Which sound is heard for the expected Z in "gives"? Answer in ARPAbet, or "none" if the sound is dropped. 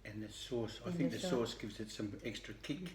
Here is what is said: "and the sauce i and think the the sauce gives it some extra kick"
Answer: Z